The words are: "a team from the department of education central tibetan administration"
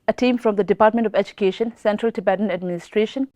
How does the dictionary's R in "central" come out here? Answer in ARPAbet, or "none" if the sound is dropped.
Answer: R